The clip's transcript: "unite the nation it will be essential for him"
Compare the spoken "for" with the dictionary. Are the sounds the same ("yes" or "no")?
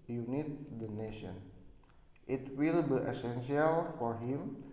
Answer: yes